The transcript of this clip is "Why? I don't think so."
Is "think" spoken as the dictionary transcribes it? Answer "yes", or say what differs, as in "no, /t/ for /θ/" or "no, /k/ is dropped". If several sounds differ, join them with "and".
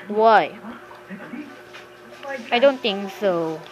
no, /t/ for /θ/